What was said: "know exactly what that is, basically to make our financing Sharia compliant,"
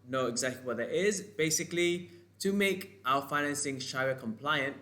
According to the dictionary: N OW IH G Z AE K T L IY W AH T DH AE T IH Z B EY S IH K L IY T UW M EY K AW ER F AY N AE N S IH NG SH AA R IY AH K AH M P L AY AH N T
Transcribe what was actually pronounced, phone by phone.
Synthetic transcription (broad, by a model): N OW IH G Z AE K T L IY W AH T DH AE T IH Z B EY S IH K L IY T UW M EY K AW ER F AY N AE N S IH NG SH AA IY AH K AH M P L AY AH N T